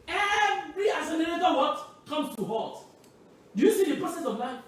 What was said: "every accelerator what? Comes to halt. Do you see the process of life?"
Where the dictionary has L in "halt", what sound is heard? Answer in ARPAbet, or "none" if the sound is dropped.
none